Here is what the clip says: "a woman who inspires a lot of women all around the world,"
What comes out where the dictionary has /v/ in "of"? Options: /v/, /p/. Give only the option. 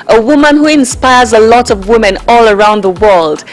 /v/